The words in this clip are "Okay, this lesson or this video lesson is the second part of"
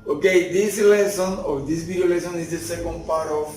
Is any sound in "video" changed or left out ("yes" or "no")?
yes